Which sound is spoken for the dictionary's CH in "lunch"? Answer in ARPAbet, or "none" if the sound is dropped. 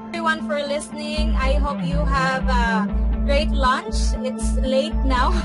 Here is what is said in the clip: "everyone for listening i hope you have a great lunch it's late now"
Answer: CH